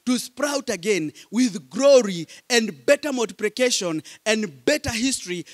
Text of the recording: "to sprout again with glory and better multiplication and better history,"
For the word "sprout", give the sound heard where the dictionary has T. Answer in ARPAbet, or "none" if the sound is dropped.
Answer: T